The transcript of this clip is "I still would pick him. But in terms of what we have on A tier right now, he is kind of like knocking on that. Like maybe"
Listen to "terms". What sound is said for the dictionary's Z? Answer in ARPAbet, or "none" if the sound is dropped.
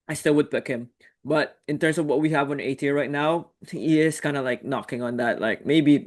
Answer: S